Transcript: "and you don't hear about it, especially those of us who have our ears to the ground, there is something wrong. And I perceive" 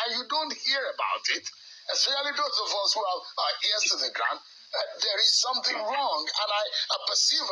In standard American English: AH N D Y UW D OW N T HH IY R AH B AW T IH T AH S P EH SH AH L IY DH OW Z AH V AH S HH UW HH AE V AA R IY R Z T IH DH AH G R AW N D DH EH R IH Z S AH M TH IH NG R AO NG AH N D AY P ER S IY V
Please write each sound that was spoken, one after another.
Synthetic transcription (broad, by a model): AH Y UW D OW N T HH IY R AH B AW T IH T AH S EH AH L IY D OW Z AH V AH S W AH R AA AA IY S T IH DH AH G R AW N D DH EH R IH Z S AH M TH IH NG R AO NG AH N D AY P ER S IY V